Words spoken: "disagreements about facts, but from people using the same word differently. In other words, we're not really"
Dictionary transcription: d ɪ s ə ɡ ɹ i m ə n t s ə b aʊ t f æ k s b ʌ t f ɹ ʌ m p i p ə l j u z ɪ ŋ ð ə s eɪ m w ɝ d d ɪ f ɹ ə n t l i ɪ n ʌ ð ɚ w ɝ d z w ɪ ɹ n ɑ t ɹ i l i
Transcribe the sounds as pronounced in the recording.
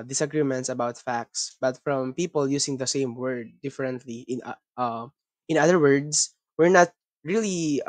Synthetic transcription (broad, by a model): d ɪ s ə ɡ ɹ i m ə n t s ə b aʊ t f æ k s b ʌ t f ɹ ʌ m p i p ə l j u s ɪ ŋ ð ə s eɪ m w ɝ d d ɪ f ɹ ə n t l i ɪ n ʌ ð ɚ w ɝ d s w ɪ ɹ n ɑ t ɹ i l i